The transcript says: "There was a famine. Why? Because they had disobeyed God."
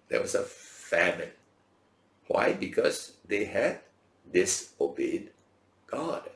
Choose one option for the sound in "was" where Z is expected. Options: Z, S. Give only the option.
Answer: S